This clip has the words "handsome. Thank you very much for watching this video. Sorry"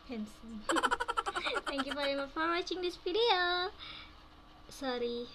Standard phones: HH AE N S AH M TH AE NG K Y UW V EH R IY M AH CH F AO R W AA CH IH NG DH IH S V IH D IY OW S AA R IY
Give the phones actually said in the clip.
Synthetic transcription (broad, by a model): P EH N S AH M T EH NG K Y UW F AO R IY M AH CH F AO R W AA CH IH NG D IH S P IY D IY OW S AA R IY